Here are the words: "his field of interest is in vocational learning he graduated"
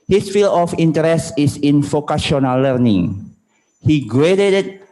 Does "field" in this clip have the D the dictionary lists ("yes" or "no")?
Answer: no